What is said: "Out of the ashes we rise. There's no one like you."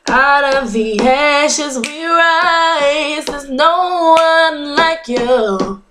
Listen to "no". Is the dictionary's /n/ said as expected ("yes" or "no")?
yes